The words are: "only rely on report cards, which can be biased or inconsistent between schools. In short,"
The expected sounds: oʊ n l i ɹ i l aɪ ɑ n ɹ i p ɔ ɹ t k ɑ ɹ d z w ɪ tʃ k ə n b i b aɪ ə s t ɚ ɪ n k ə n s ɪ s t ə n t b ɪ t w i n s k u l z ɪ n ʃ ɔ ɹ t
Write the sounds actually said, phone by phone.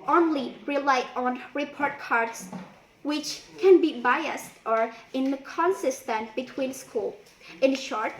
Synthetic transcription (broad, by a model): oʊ n l i ɹ i l aɪ ɑ n ɹ i p ɔ ɹ t k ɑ ɹ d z w ɪ tʃ k ə n b i b aɪ ə s t ɚ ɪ n k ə n s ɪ s t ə n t b ɪ t w i n s k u l ɪ n ʃ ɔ ɹ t